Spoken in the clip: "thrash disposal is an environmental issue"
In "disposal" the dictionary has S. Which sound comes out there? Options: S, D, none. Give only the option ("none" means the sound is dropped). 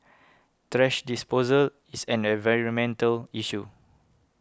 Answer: S